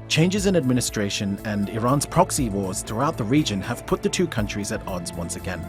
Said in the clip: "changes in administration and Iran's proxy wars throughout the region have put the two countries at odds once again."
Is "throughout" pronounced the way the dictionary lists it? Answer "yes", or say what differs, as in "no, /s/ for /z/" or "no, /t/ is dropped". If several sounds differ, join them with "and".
yes